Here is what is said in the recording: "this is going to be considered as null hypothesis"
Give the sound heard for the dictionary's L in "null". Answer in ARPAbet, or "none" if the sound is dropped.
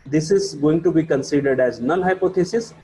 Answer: N